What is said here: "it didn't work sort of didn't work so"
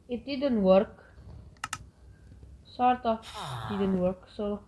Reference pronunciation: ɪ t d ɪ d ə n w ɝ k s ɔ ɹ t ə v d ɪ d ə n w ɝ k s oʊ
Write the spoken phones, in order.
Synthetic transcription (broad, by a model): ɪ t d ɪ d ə n w ɝ k s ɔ ɹ t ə f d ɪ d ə n w ɝ k s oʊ